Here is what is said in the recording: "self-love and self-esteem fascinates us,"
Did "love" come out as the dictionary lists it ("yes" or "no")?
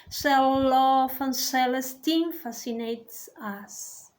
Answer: no